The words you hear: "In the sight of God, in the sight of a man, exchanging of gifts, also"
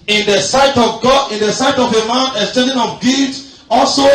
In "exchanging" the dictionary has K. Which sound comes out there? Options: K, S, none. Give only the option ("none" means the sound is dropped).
none